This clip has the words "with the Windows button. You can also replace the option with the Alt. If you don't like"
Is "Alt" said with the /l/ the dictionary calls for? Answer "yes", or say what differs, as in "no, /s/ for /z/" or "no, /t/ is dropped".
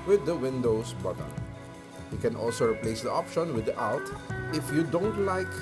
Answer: no, /l/ is dropped